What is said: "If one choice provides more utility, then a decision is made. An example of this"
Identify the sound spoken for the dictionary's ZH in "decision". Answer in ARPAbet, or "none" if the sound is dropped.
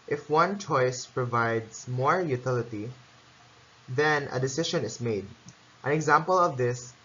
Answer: SH